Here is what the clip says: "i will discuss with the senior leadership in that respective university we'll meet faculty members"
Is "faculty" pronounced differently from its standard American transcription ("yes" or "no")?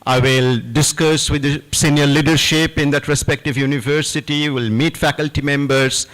no